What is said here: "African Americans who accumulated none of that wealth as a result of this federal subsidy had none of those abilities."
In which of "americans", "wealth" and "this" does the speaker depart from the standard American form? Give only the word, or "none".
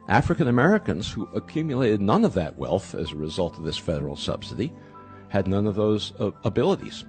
none